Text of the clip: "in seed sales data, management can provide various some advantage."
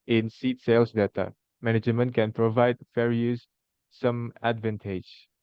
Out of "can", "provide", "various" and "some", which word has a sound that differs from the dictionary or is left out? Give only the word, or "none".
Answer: various